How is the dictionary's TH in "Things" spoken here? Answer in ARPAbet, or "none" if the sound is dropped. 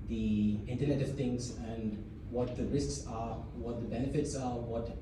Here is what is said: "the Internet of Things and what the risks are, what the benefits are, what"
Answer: T